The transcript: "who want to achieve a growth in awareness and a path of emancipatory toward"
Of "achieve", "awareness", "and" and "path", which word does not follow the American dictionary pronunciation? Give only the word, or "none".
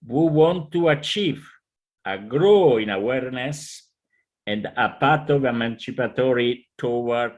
path